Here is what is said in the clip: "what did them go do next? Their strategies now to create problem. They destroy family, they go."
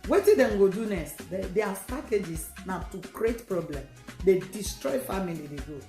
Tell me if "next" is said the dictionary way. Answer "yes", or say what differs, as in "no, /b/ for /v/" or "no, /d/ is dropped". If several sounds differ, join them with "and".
no, /k/ is dropped